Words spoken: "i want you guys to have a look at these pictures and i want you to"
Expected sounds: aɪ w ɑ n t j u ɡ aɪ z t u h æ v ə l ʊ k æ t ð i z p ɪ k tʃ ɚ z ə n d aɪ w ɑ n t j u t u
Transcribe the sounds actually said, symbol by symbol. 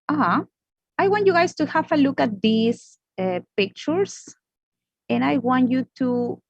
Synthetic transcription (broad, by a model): aɪ w ɑ n t j u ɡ aɪ s t u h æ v ə l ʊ k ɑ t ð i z p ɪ k tʃ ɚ s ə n aɪ w ɑ n t j u t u